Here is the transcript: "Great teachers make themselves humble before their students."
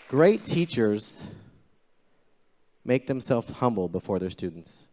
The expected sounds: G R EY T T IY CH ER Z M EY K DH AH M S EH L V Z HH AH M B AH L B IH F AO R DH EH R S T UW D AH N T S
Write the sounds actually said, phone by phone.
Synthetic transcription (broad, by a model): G R EY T T IY CH ER Z M EY K DH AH M S EH L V HH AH M B L B IH F AO R DH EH R S T UW D N T S